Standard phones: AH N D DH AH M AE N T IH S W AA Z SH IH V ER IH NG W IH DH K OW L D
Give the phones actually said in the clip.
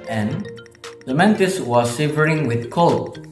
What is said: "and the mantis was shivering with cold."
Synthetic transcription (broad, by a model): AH N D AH M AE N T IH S W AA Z S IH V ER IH NG W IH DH K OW L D